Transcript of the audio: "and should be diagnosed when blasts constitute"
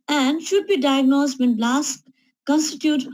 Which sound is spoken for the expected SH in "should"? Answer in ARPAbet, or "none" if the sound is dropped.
SH